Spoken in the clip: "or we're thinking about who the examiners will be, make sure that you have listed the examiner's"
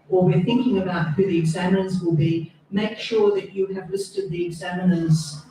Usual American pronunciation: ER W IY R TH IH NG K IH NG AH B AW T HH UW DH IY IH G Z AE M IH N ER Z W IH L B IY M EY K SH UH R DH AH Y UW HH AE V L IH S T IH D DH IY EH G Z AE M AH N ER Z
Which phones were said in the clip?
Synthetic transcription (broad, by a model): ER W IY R TH IH NG K IH NG AH B AW T HH UW DH IY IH G Z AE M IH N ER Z W IH L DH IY M EY K SH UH R DH AH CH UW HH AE V L IH S T IH D DH IY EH G Z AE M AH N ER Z